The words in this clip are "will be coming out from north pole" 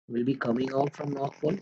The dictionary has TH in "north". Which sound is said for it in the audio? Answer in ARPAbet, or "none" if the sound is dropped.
T